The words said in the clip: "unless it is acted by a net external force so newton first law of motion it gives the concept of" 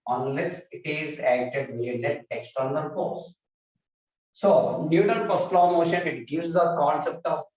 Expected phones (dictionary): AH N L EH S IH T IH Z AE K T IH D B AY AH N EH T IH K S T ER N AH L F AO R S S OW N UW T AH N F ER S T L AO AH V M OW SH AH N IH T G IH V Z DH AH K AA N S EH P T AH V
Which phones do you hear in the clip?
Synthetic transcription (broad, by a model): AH N L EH S IH T IH Z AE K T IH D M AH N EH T IH K S T ER N AH L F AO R S S OW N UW T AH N P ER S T L AO M OW SH AH N IH T G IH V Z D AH K AA N S EH P T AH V